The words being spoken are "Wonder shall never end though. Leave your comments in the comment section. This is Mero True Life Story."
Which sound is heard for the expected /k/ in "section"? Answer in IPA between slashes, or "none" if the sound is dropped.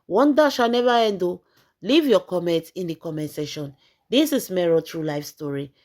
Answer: none